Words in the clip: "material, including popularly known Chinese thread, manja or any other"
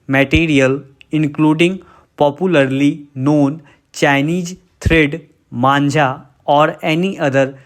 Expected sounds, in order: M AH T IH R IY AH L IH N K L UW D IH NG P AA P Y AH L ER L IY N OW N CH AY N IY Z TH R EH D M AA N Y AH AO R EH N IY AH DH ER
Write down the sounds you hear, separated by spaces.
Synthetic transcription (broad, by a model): M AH T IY R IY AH L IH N K L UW D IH NG P AA P Y AH L ER L IY N OW N CH AY N IY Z T R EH D M AA N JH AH AO R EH N IY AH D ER